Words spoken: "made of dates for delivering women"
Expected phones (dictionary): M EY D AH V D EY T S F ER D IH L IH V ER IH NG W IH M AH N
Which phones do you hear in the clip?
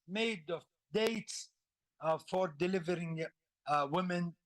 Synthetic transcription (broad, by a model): M EY D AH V D EY T S F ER D IH L IH V ER IH NG W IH M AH N